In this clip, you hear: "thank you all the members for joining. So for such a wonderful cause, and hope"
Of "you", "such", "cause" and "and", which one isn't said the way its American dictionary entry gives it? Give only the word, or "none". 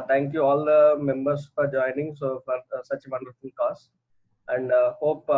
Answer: cause